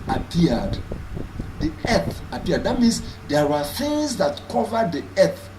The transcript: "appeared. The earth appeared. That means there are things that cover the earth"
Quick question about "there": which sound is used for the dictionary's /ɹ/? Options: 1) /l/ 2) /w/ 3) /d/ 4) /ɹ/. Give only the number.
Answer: 2